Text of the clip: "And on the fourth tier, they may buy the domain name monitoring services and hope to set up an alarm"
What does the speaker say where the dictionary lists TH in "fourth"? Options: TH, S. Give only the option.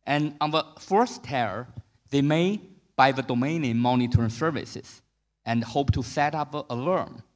S